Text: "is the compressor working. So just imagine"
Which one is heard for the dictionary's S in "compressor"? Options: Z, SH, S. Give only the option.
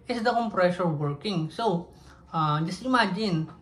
SH